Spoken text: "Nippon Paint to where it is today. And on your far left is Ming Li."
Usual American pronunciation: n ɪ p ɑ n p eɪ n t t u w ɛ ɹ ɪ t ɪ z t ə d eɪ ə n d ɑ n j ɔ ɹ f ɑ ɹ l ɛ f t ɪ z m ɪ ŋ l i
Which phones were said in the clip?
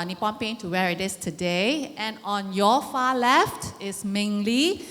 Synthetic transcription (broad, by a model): n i p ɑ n p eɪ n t t u w ɛ ɹ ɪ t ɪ s t ə d eɪ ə n ɑ n j ɔ f ɑ l ɛ f t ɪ s m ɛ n l i